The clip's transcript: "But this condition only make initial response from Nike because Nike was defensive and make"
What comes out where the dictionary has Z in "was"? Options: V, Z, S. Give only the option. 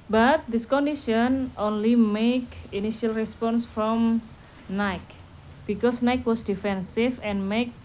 S